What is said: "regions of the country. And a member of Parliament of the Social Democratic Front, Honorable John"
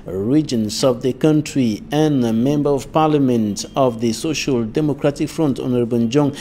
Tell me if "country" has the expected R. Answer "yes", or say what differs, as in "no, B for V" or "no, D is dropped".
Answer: yes